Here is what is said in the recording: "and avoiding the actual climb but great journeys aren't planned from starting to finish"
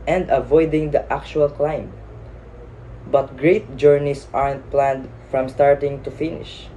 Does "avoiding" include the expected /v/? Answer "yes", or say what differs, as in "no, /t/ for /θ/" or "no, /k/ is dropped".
yes